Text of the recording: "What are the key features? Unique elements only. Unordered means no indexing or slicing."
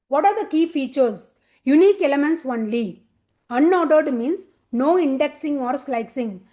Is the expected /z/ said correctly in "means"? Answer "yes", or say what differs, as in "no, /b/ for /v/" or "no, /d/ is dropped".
no, /s/ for /z/